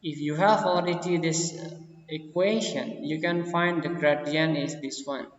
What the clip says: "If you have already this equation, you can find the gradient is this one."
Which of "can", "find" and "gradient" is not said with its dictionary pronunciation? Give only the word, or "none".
gradient